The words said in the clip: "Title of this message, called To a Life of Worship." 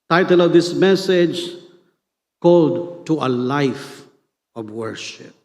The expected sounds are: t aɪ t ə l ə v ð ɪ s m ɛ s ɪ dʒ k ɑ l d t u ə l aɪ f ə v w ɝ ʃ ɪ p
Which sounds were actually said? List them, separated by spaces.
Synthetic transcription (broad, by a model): t aɪ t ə l ə v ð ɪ s m ɛ s ɪ dʒ k ɑ l d t u ə l aɪ f ə v w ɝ ʃ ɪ p